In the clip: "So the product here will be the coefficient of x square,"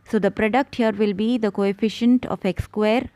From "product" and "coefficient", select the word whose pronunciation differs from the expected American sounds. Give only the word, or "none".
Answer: none